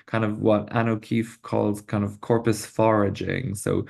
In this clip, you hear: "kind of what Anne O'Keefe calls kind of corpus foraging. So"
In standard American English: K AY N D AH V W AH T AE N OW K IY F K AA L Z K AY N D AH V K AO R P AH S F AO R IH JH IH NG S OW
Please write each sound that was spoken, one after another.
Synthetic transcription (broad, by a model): K AY N D AH V W AH T AE N OW K IY F K AA L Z K AY N D AH V K AO R P AH S F AO R IH JH IH NG S OW